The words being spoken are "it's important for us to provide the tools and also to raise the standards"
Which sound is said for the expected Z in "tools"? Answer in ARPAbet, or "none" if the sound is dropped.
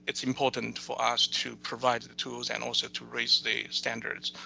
Z